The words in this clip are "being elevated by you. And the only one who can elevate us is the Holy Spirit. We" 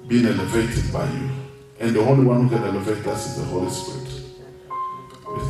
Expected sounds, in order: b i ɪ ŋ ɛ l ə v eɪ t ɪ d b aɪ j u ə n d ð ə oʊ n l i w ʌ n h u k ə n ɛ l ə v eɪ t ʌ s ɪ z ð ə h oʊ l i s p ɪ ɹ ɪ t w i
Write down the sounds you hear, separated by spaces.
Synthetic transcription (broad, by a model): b i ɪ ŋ ɛ l ə v eɪ t ɪ d b aɪ j u ə n d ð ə oʊ l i w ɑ n h u k ə n ɛ l ə v eɪ t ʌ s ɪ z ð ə h oʊ l i s p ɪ ɹ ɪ t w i